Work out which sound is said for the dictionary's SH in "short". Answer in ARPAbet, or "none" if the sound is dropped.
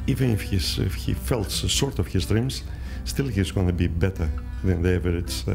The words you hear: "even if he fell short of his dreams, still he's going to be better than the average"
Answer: S